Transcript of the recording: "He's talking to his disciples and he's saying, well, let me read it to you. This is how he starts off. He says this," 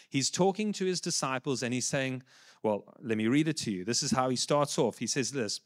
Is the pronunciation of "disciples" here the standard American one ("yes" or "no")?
yes